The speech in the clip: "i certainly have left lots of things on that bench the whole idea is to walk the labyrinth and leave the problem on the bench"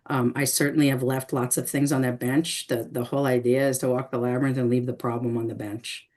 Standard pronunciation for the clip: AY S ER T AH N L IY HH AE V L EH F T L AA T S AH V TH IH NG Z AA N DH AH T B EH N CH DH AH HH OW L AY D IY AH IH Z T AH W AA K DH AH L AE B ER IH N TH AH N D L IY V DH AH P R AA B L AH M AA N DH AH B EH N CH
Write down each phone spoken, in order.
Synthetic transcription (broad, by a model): AY S ER T N L IY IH V L EH F T L AA T S AH V TH IH NG Z N DH AH T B EH N CH DH AH HH OW L AY D IY AH IH Z T AH W AA K DH AH L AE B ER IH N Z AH N L IY V DH AH P R AA B L AH M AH N DH AH B EH N CH